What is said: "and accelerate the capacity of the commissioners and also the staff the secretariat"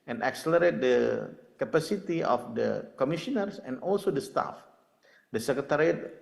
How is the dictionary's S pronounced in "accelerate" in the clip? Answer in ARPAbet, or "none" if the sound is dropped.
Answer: S